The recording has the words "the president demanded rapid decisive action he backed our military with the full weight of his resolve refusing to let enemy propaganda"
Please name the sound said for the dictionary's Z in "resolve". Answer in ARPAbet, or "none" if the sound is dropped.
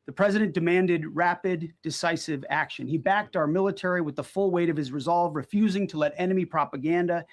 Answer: Z